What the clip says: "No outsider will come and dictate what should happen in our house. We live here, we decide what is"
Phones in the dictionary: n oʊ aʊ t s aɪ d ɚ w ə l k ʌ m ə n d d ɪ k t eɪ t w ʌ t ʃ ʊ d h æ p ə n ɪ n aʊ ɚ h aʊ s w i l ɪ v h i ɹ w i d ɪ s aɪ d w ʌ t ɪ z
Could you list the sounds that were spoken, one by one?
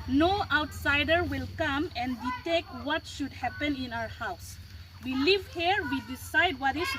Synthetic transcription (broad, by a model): n oʊ aʊ t s aɪ d ɚ w ə l k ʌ m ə n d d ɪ t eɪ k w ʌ t ʃ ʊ d h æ p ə n ɪ n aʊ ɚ h aʊ s w i l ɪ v h i ɹ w i d ɪ s aɪ d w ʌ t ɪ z